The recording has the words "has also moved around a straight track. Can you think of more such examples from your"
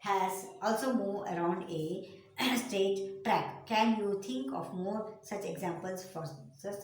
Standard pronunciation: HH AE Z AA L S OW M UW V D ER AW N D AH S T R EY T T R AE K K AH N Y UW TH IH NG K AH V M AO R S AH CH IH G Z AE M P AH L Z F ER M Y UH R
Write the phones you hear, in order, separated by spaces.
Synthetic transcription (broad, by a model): HH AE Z AA L S OW M UW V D ER AW N D AH S T EY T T R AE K K AH N Y UW T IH NG K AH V M AO R S AH CH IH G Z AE M P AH L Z F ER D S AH